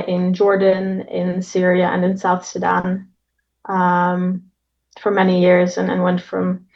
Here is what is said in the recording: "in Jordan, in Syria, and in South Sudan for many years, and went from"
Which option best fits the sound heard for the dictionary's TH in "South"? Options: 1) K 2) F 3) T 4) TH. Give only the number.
4